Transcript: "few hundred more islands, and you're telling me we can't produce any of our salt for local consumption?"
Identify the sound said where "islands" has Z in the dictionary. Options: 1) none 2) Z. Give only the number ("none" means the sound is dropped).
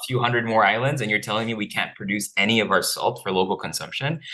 2